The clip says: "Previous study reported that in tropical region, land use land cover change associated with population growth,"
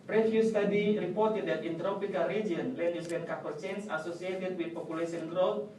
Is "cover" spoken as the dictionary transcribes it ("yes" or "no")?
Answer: no